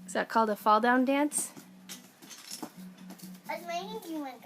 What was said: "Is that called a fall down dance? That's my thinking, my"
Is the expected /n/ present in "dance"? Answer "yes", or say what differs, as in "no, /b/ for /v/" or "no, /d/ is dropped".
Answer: yes